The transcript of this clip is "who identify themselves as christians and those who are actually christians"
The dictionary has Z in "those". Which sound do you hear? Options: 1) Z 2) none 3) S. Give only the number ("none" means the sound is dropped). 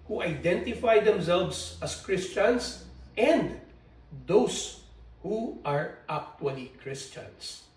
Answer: 3